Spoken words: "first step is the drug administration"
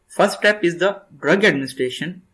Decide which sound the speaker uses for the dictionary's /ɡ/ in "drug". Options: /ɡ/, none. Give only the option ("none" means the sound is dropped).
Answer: /ɡ/